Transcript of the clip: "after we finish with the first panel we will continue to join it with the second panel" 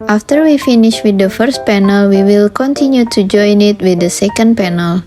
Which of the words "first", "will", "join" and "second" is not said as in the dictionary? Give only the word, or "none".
none